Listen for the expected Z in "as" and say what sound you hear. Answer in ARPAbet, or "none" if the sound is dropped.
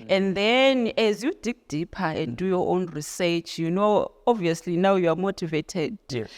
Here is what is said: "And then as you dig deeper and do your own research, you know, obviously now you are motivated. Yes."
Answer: Z